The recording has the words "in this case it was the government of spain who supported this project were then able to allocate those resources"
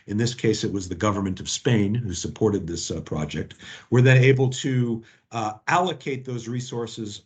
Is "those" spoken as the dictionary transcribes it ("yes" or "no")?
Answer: yes